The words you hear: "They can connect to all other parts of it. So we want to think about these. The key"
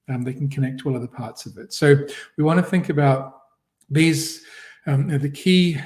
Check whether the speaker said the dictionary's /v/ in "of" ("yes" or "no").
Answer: yes